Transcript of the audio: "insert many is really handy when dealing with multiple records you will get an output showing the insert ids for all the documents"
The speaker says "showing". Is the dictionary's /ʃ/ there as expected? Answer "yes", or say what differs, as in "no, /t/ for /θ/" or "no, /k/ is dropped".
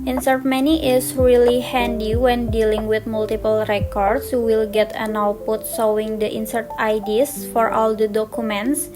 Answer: no, /s/ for /ʃ/